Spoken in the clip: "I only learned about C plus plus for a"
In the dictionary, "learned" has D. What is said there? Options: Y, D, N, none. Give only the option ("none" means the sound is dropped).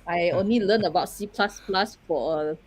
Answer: none